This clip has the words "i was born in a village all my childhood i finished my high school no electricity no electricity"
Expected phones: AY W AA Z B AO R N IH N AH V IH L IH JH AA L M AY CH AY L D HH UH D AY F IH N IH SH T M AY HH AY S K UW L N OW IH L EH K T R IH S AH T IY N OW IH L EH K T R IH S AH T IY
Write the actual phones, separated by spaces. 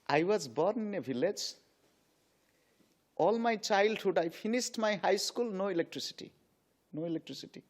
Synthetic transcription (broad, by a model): AY W AA Z B AO R N IH N AH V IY L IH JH AA L M AY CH AY L D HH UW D AY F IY N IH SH T M AY HH AY S K UW L N OW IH L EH K T R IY S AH T IY N OW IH L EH K T R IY S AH T IY